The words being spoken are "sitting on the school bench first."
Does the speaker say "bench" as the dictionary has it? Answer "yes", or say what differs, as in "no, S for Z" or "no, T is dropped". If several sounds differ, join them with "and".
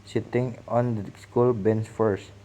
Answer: no, S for CH